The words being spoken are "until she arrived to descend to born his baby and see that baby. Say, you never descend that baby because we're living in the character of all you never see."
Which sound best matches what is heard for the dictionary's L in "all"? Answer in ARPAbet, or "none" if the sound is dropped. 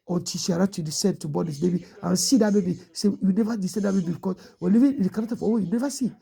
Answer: W